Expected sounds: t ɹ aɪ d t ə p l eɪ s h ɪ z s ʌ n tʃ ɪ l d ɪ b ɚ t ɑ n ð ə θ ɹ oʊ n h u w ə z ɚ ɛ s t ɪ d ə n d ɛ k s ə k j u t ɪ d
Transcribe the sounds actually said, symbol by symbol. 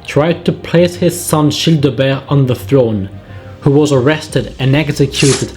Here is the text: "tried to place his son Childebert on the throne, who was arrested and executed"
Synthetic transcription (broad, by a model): t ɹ aɪ d t ə p l eɪ s h ɪ z s ʌ n ʃ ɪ l d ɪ b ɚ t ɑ n ð ə θ ɹ oʊ n h u w ə z ɚ ɛ s t ɪ d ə n ɛ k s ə k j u t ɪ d